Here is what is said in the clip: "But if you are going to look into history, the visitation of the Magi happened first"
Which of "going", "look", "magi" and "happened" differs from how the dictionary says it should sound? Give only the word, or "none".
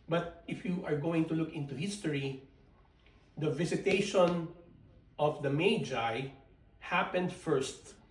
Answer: none